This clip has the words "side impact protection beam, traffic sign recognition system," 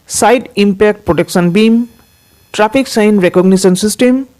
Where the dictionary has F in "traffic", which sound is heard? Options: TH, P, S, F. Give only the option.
P